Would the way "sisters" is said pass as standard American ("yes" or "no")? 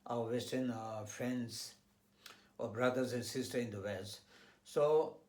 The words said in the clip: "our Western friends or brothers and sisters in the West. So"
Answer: no